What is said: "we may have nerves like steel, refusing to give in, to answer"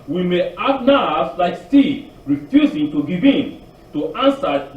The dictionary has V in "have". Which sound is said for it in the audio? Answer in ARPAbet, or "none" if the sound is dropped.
B